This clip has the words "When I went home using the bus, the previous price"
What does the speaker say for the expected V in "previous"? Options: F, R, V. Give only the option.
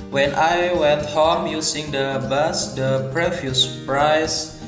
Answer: F